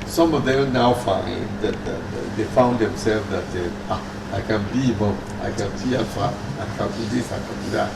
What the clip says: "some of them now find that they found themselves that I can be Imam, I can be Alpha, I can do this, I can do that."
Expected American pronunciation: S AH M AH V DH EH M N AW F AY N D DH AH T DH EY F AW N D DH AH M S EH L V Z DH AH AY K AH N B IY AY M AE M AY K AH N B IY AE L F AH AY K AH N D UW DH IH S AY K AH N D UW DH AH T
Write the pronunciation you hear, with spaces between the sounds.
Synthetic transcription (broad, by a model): S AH M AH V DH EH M N AW F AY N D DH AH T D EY F AW N D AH M S EH L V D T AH AY K AH N B IY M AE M AY K AH N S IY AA F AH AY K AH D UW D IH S AY K AH N D UW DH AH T